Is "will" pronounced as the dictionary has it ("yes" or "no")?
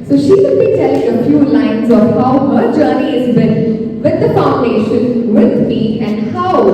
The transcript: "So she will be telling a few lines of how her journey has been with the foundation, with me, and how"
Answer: no